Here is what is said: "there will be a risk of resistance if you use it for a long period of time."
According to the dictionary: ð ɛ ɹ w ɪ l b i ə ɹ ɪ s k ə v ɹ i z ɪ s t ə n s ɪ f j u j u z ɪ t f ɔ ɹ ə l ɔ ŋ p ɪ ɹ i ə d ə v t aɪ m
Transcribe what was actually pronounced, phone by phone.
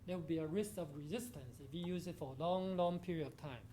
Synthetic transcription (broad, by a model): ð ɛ w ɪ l b i ə ɹ ɪ s k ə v ɹ i z ɪ s t ə n s ɪ f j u j u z ɪ t f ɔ l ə l ɔ ŋ p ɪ ɹ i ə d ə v t aɪ m